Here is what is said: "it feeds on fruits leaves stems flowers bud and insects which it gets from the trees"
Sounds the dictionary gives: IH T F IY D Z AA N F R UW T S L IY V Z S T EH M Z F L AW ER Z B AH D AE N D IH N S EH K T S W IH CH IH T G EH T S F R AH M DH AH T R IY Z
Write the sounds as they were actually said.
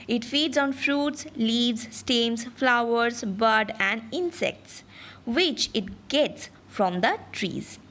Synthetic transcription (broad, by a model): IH T F IY D Z AA N F R UW T S L IY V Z S T EH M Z F L AW ER Z B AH D AE N D IH N S EH K T S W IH CH IH T G EH T S F R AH M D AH T R IY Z